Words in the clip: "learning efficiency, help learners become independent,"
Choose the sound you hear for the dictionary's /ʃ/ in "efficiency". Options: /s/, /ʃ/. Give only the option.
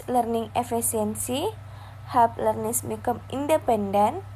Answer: /s/